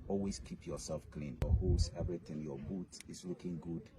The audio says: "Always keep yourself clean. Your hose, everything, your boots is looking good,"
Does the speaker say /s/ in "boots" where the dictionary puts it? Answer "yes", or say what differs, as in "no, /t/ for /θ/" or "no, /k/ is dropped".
no, /s/ is dropped